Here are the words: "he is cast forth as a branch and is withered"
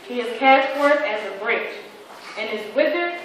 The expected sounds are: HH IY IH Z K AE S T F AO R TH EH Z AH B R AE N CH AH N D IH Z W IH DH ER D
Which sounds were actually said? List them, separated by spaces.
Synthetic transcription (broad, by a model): HH IY IH Z K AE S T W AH R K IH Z AH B R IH CH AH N IH Z W IH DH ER